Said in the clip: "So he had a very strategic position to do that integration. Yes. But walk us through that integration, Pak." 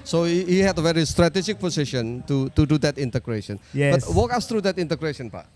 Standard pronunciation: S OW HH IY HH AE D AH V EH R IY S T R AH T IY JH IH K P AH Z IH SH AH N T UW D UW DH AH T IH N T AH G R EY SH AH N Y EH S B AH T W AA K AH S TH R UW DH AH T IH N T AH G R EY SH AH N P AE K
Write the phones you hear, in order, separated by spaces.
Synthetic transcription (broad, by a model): S OW HH IY HH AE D AH V EH R IY S T R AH T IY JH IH K P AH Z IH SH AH N T UW D UW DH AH T IH N T AH G R EY SH AH N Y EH B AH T W AA K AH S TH R UW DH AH T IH N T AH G R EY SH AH N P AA